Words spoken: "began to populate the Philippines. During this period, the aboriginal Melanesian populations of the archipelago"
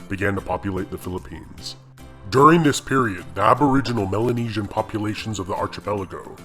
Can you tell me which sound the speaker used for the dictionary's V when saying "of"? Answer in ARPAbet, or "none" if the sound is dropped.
V